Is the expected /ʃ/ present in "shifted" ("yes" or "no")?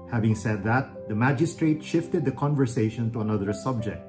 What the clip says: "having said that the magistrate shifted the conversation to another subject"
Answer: yes